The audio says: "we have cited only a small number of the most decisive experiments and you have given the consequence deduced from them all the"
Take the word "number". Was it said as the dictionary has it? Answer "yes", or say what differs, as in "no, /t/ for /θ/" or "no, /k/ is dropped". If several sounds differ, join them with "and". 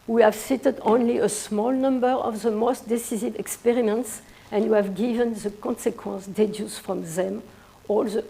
yes